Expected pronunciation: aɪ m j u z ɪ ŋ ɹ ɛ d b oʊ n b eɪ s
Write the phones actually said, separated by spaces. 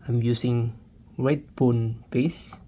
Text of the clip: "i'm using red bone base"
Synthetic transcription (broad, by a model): aɪ m j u s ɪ ŋ w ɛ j b oʊ n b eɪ s